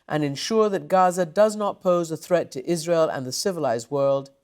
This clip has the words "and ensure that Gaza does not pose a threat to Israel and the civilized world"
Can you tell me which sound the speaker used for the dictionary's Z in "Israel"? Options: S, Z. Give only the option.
Z